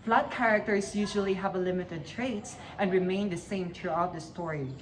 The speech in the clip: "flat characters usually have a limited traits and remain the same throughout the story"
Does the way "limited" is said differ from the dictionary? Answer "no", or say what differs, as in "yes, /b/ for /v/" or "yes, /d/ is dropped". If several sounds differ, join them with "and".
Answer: no